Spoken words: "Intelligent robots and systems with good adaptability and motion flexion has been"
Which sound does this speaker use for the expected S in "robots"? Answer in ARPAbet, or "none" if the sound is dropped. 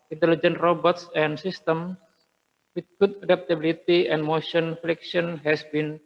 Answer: S